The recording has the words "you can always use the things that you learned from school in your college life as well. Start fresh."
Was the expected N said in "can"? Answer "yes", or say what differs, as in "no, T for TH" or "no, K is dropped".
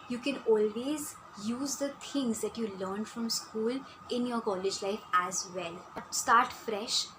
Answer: yes